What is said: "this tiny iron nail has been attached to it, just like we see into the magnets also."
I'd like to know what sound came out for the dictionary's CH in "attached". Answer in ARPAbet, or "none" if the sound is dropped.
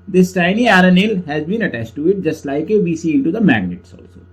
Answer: CH